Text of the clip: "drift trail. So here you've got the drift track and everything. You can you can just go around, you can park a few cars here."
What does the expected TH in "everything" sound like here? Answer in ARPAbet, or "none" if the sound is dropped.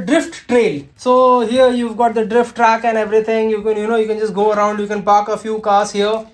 T